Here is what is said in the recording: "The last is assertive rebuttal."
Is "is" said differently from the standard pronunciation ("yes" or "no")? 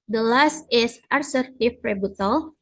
yes